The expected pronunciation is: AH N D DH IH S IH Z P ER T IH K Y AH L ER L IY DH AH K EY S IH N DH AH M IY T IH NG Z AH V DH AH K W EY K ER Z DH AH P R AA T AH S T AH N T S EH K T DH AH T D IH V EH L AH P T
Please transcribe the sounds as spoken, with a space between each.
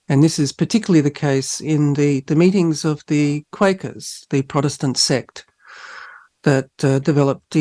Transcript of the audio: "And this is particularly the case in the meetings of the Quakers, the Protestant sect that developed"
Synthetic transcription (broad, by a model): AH N DH IH S IH Z P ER T IH K Y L L IY DH AH K EY S IH N DH AH M IY T IH NG Z AH V DH AH K W EY K ER Z DH AH P R AA T AH S T AH N T S EH K T DH AH T D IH V EH L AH P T